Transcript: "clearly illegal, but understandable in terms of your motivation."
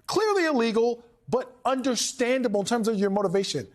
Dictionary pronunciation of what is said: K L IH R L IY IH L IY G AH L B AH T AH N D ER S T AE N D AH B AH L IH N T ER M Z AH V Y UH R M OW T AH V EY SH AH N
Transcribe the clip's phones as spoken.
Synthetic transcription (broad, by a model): K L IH R L IY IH L IY G L B AH T AH N D ER S T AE N D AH B L IH N T ER M Z AH V Y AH R M OW T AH V EY SH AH N